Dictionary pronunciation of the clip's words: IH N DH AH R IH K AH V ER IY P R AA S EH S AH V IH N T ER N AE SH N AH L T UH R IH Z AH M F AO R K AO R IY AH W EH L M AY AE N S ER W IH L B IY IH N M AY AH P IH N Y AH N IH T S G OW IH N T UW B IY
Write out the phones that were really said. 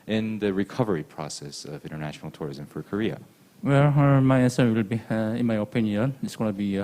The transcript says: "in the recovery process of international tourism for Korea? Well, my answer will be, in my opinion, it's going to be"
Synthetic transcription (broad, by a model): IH N DH AH R IH K AH V ER IY P R AA S EH S AH V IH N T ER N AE SH N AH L T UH R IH Z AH M F AO R K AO R IY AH W EH L M AY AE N S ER W IH L B IY IH N M AY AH P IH N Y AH N IH T S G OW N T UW B IY